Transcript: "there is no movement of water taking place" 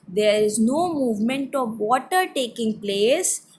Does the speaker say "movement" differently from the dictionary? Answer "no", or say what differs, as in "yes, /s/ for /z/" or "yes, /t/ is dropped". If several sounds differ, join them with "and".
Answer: no